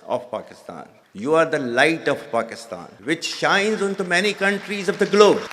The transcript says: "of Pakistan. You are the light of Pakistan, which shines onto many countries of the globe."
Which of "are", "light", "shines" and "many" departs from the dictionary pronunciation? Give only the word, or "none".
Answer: none